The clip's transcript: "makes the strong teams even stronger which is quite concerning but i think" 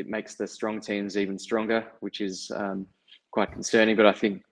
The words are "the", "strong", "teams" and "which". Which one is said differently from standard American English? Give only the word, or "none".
none